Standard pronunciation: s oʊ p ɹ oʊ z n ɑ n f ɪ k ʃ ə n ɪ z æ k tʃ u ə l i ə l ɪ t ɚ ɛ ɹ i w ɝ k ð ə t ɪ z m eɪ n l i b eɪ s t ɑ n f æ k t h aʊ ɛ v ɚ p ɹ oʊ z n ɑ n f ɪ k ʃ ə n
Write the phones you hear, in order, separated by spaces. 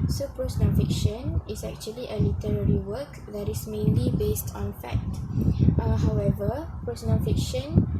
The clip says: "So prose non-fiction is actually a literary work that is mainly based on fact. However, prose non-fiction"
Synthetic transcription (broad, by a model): s oʊ p ɹ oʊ s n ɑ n f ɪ k ʃ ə n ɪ s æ k tʃ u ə l i ə l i t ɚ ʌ ɹ i w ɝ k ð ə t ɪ s m eɪ n l i b eɪ s t ɑ n f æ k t h aʊ ɛ v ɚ p ɹ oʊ s n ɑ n f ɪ k ʃ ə n